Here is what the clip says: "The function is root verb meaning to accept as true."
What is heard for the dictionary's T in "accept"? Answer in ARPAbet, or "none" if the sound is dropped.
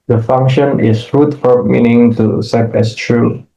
none